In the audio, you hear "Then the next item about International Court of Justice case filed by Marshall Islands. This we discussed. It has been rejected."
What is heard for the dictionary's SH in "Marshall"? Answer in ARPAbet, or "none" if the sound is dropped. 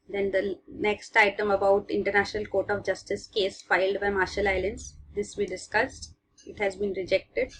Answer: SH